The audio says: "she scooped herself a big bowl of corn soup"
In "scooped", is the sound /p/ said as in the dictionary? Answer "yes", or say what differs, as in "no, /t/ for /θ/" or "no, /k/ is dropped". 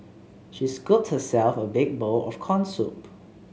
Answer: no, /p/ is dropped